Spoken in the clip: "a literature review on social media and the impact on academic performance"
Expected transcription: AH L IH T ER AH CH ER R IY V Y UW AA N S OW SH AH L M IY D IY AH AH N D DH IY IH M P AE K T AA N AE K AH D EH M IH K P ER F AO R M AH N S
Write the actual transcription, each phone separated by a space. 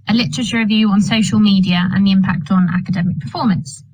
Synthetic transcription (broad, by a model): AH L IH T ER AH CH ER R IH V Y UW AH N S OW SH AH L M IY D IY AH AH N DH IY IH M P AE K T N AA K AH D EH M IH K P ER F AO M AH N S